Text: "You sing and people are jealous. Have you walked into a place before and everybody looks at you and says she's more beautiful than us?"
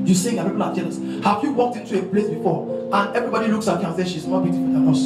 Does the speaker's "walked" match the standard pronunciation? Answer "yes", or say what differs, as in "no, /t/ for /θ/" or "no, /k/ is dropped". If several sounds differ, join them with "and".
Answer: yes